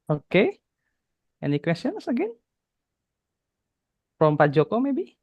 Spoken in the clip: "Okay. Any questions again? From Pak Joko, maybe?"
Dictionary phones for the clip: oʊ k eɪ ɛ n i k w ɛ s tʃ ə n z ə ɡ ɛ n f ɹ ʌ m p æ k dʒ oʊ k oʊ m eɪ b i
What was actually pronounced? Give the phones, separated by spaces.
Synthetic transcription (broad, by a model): oʊ k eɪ ɛ n i k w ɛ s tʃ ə n s ə ɡ ɛ n p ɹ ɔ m p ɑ dʒ oʊ k oʊ m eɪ b i